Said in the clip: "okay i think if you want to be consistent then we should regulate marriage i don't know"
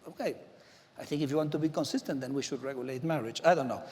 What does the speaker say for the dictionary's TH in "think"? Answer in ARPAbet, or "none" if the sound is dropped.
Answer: TH